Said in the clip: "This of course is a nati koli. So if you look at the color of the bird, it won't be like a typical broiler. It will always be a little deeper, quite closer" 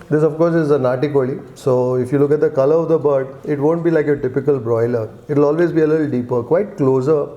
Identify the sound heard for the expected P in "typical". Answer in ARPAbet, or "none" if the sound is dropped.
P